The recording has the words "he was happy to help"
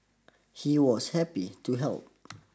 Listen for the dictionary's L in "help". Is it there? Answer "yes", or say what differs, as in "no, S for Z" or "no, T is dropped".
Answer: yes